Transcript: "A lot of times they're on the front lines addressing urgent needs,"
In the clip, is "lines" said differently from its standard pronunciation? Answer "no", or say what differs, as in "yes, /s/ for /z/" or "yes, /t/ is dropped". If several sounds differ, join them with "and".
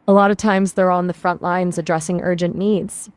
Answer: no